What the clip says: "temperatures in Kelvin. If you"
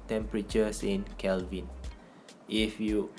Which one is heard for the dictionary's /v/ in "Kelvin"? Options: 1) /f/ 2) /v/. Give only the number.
2